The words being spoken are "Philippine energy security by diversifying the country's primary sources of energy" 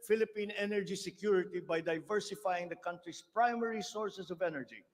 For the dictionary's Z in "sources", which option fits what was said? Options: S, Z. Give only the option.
S